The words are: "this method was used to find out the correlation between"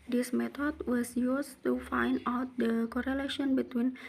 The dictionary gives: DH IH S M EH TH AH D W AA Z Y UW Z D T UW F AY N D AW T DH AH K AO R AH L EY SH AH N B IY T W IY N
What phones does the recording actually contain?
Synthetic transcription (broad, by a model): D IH S M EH T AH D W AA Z Y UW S T UW F AY N D AW T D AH K AO R AH L EY SH AH N B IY T W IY N